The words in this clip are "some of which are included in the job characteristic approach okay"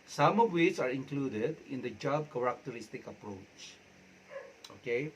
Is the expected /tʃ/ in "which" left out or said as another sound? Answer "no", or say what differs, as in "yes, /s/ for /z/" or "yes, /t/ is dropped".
yes, /s/ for /tʃ/